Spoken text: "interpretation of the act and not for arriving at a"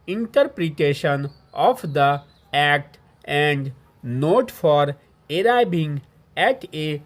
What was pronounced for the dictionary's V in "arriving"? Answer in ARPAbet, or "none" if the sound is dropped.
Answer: B